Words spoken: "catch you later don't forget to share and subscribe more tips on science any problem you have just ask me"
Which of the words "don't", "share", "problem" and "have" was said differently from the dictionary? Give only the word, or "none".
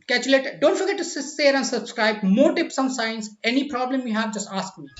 share